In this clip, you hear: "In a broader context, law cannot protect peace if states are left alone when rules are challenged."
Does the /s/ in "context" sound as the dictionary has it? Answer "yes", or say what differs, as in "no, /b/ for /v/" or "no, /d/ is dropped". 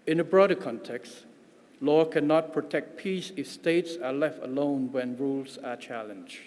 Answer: yes